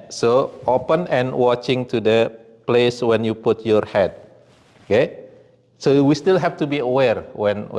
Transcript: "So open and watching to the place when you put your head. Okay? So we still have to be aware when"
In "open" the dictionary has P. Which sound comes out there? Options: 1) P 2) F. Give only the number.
1